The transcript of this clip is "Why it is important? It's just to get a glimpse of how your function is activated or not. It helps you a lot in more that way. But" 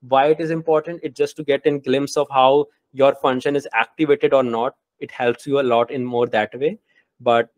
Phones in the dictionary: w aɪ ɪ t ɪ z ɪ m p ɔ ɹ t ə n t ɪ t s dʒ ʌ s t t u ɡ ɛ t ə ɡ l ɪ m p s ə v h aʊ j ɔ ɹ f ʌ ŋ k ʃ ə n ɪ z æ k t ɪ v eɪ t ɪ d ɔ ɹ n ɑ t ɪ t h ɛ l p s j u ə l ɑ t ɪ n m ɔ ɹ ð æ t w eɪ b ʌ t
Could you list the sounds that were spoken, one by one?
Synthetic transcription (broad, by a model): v aɪ ɪ t ɪ z ɪ m p ɔ ɹ t ə n t ɪ t dʒ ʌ s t t u ɡ ɛ t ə ɡ l ɪ m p s ə v h aʊ j ɔ ɹ f ʌ ŋ k ʃ ə n ɪ z æ k t ɪ v eɪ t ɪ d ɔ ɹ n ɑ t ɪ t h ɛ l p s j u ə l ɑ t ɪ n m ɔ ɹ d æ t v eɪ b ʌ t